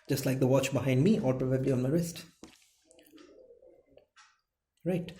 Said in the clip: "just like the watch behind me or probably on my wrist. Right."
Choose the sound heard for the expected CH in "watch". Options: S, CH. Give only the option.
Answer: CH